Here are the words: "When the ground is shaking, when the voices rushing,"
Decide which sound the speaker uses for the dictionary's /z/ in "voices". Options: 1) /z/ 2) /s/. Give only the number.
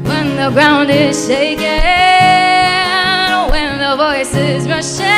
1